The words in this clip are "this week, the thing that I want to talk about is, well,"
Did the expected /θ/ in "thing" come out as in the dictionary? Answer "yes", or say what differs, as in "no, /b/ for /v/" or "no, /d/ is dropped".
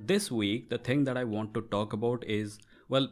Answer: no, /t/ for /θ/